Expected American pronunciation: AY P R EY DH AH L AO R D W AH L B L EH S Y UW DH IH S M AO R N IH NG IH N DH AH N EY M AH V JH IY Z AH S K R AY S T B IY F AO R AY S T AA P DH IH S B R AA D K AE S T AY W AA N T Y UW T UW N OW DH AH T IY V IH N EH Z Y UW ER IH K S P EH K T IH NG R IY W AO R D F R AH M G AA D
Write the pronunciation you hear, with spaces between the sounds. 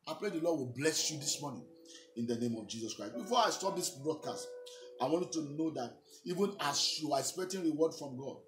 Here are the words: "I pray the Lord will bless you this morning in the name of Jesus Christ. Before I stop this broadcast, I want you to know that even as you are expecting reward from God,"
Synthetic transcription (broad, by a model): AY P R EY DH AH L AO D W AH L B L EH S Y UW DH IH S M AO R N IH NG IH N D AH N EY M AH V JH IY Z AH S K R AY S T B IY F AO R AY S T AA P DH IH S B R AA D K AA S T AY W AA N T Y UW T UW N OW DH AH T IY V IH N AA S Y UW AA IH K S P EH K T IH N R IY W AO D F R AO M G AA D